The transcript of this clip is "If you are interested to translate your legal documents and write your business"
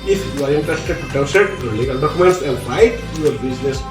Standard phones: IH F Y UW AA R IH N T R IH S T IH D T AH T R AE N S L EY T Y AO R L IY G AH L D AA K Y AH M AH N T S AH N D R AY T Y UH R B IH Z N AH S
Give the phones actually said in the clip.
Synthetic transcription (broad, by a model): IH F Y UW AA R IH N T R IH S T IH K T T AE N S EY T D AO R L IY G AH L D AA K Y AH M AH N T S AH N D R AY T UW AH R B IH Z N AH S